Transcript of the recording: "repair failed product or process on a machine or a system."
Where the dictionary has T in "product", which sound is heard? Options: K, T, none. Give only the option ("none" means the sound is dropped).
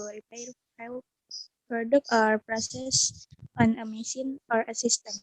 none